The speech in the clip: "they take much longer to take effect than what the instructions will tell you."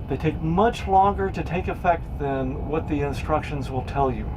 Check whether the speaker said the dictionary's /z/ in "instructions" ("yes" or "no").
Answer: yes